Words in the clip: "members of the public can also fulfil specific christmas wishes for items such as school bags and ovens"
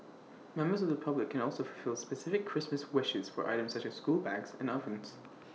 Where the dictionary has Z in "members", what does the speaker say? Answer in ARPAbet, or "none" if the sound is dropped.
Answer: Z